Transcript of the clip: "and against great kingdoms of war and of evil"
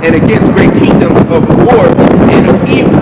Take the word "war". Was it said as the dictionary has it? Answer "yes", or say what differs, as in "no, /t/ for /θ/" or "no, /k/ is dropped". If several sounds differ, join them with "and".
yes